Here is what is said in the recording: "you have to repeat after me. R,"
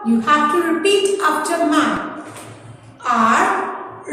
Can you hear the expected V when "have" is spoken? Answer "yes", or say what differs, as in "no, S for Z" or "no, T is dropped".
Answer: no, B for V